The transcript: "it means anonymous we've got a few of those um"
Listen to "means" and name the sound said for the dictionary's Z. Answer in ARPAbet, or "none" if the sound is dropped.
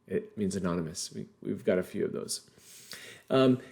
Z